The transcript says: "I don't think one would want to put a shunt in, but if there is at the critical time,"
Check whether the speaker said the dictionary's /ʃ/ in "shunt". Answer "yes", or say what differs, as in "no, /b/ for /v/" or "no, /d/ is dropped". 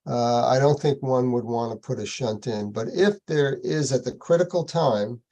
yes